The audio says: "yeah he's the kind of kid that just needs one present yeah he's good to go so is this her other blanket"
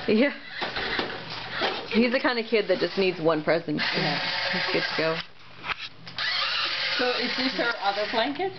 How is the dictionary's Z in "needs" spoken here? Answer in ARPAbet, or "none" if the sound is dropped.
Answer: Z